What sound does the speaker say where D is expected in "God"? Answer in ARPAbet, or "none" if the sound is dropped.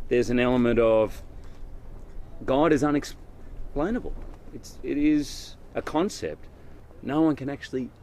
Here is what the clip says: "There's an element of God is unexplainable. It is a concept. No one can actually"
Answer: D